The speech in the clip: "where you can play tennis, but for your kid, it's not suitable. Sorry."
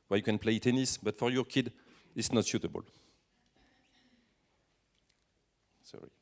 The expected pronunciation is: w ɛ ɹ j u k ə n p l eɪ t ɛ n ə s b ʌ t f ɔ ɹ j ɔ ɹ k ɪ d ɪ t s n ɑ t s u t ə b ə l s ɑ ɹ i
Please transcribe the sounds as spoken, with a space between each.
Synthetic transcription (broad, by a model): w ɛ j u k ə n p l eɪ t ɛ n ə s b ʌ t f ɔ ɹ j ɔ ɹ k ɪ d ɪ t s n ɑ t ʃ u t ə b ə l s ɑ ɹ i